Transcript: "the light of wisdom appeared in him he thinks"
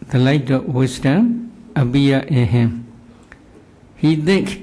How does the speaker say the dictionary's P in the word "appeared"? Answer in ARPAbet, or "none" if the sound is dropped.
B